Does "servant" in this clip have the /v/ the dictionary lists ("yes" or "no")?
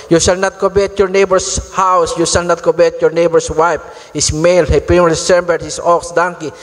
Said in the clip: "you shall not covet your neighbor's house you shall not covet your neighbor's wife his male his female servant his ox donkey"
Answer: no